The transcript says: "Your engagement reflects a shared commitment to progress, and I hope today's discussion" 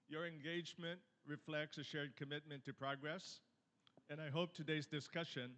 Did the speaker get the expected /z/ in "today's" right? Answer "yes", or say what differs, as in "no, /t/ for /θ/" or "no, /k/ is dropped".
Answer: yes